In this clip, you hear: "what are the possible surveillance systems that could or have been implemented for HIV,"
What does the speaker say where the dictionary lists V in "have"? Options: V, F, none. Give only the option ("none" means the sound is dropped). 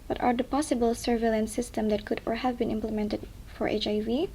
V